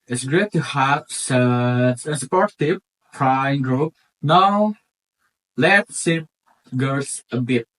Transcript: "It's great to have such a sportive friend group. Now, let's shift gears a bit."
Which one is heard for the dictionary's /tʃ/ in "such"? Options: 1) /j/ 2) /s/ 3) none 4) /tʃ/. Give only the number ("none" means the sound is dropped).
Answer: 2